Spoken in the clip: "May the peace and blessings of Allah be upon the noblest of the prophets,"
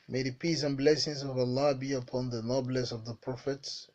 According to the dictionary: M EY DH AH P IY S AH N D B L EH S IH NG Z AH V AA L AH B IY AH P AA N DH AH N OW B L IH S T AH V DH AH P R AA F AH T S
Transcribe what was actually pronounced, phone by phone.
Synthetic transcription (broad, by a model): M EY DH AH P IY S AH N B L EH S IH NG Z AH V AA L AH B IY AH P AA N DH AH N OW B L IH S AH V DH AH P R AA F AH T S